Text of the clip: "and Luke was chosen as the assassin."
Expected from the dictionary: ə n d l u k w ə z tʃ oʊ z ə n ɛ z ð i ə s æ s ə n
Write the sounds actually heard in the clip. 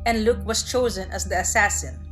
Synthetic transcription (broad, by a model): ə n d l u k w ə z tʃ oʊ z ə n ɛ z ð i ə s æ s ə n